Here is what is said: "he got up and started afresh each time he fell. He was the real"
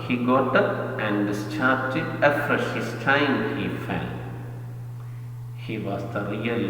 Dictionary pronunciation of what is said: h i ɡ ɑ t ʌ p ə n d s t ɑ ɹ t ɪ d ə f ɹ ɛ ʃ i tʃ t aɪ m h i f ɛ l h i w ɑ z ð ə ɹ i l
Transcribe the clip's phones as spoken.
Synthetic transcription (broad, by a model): h i ɡ ɑ t ʌ p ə n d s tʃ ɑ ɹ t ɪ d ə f ɹ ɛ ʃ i s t aɪ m h i f ɛ l h i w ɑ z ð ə ɹ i l